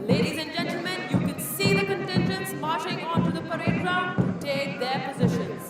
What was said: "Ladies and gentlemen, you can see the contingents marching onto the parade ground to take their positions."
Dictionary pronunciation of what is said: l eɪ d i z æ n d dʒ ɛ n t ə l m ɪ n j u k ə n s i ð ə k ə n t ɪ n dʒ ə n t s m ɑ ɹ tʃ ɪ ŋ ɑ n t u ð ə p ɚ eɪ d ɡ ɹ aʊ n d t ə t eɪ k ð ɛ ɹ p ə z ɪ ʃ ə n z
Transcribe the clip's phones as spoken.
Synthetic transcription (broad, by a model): l eɪ d i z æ n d dʒ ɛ n t l m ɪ n j u k ə n s i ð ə k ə n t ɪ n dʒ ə n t s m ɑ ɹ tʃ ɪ ŋ ɑ n t u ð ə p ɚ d ɹ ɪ d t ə t eɪ k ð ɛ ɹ p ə z ɪ ʃ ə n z